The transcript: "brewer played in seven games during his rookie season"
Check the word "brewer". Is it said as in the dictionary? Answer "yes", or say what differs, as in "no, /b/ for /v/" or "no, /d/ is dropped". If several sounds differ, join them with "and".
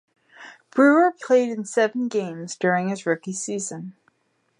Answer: yes